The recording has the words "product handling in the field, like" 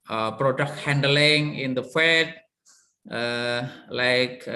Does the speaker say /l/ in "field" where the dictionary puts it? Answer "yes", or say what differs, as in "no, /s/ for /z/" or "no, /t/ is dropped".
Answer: no, /l/ is dropped